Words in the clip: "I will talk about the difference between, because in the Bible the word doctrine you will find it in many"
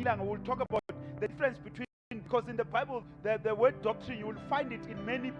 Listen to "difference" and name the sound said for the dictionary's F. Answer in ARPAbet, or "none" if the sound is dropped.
none